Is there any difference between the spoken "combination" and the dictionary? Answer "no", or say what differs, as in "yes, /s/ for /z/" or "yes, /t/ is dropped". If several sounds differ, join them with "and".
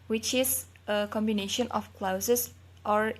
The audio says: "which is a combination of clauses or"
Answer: no